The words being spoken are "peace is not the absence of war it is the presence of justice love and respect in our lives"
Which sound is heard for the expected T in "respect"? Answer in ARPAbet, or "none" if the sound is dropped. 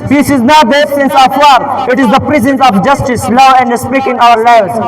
none